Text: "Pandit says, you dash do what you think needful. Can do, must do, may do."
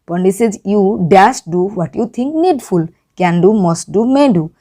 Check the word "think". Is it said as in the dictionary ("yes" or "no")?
no